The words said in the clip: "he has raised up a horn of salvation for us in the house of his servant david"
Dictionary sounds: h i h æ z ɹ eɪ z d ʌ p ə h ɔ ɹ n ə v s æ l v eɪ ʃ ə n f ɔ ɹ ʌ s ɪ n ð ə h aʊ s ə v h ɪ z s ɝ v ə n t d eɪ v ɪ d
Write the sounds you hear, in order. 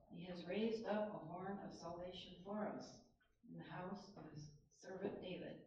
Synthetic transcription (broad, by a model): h i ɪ z ɹ eɪ z d ʌ p ə h ɔ ɹ n ə v s æ l v eɪ ʃ ə n f ɔ ɹ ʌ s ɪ n ð ə h aʊ s ə v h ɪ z s ɝ v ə n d eɪ v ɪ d